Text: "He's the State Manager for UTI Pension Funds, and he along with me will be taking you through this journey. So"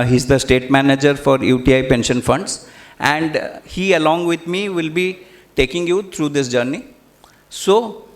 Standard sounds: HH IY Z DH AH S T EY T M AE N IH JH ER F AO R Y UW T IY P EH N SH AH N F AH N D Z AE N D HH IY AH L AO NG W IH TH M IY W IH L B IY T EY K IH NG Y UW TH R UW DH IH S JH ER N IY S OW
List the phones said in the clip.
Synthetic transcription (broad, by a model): HH IY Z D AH S T EY T M AE N IH JH ER F AO R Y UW T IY P EH N SH AH N F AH N D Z AE N D HH IY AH L AO NG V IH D M IY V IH L B IY T EY K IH NG Y UW T R UW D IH S JH ER N IY S OW